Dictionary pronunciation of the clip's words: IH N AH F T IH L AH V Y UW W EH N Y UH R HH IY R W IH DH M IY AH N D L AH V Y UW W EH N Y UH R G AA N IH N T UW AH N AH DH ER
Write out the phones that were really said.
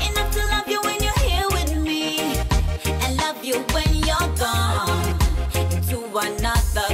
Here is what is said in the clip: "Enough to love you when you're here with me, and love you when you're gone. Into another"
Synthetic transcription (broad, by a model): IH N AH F T IH L AH V Y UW W EH N Y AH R HH IY R W IH DH M IY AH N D L AH V Y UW W EH N Y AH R G AA N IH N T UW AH N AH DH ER